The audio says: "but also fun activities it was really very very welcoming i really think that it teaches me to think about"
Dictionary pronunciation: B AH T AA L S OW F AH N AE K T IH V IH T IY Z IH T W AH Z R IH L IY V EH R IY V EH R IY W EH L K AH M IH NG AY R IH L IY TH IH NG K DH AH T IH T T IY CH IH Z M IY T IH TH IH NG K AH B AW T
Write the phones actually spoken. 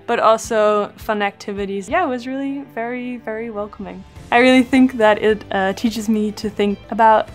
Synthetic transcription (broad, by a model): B AH T AA L S OW F AH N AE K T IH V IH T IY Z IH T W AH Z R IH L IY V EH R IY V EH R IY W EH L K AH M IH NG AY R IH L IY TH IH NG K DH AH T IH T T IY CH IH Z M IY T IH TH IH NG K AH B AW T